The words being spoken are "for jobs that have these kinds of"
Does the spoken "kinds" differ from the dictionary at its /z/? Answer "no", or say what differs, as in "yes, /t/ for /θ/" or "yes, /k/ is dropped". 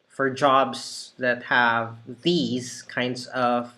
no